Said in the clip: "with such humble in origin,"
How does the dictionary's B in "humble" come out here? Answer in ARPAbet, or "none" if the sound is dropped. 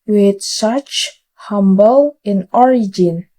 B